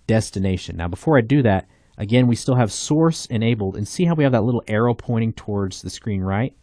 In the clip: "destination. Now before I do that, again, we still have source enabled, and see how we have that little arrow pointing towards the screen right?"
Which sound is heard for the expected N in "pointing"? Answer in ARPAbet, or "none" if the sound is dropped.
none